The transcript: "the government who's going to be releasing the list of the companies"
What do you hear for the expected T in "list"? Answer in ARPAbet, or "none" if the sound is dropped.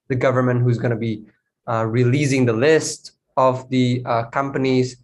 T